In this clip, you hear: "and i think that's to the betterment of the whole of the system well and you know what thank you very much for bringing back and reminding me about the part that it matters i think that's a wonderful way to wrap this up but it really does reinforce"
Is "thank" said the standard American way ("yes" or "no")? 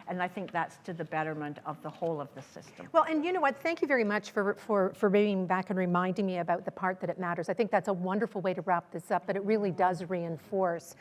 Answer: yes